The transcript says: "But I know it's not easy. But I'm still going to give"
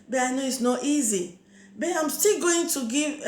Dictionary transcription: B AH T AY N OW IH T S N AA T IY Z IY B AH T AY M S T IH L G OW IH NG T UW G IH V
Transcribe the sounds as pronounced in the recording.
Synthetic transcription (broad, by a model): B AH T AY N OW IH T S N AA T IY Z IY B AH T AY M S T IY L G OW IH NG T UW G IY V